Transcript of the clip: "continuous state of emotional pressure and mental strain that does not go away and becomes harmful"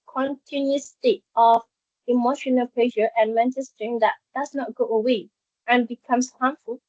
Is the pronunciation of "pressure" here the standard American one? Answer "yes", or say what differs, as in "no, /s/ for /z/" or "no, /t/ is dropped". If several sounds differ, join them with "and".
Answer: no, /l/ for /ɹ/